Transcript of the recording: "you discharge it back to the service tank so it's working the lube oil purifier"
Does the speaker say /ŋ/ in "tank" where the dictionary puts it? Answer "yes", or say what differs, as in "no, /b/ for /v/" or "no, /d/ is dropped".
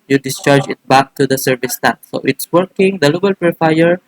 no, /ŋ/ is dropped